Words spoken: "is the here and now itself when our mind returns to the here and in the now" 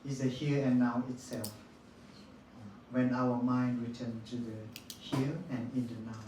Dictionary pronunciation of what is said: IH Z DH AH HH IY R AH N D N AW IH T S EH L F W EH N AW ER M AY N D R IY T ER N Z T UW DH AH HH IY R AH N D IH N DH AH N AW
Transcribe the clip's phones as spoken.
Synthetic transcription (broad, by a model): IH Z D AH HH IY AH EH N AW IH T S EH L F W EH N AW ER M AY N D R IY T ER N T UW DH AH HH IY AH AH N IH N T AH N AW